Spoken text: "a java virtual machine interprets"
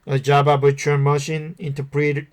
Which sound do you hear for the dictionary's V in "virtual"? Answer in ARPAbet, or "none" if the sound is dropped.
B